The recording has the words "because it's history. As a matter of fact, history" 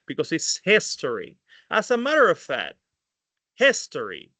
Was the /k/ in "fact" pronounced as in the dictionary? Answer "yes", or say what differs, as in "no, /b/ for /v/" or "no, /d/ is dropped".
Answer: no, /k/ is dropped